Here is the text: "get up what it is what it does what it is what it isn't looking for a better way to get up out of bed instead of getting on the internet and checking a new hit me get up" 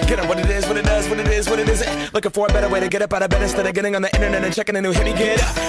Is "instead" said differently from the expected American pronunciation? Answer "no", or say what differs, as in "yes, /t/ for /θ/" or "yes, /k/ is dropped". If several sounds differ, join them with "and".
yes, /n/ is dropped